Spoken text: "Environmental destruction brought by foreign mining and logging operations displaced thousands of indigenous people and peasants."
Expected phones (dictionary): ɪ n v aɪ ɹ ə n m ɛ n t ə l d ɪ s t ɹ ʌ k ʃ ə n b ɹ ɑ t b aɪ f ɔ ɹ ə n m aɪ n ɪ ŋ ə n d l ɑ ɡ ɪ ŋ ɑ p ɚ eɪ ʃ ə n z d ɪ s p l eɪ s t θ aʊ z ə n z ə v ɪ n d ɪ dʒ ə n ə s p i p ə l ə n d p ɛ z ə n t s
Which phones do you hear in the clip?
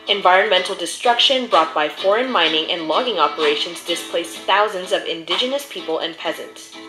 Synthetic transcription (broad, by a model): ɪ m v aɪ ɹ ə n m ɛ n t l d ɪ s t ɹ ʌ k ʃ ə n b ɹ ɑ t b aɪ f ɔ ɹ ə n m aɪ n ɪ ŋ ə n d l ɑ ɡ ɪ ŋ ɑ p ɚ eɪ ʃ ə n z d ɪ s p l eɪ s θ aʊ z ə n z ə v ɪ n d ɪ dʒ ə n ə s p i p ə l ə n p ɛ z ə n t s